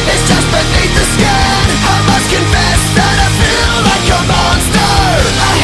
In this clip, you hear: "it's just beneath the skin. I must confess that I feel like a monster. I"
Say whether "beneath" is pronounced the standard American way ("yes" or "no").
no